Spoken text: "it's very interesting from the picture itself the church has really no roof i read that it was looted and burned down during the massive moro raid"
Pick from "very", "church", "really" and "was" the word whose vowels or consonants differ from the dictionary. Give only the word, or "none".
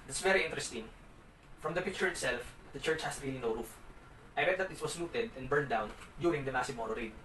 was